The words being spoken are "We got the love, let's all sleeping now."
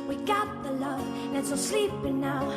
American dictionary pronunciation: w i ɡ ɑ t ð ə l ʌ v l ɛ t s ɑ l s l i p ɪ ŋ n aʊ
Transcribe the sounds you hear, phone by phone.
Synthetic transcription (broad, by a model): w i ɡ ɑ t ð ə l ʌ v n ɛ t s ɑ s l i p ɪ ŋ n aʊ